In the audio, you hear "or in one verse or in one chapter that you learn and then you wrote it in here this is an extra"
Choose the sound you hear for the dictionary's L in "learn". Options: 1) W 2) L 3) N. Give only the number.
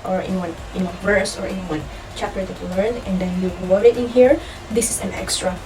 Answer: 2